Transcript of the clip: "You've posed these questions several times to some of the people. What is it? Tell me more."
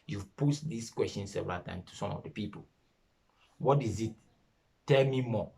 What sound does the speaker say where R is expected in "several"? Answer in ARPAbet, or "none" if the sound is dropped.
none